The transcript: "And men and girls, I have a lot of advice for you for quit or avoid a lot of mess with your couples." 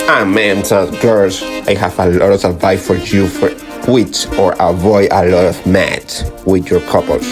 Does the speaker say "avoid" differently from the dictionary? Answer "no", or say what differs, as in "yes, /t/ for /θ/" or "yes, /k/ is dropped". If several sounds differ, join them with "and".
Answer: no